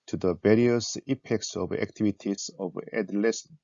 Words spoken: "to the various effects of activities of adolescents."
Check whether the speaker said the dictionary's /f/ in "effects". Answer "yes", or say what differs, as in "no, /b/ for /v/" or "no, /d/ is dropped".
no, /p/ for /f/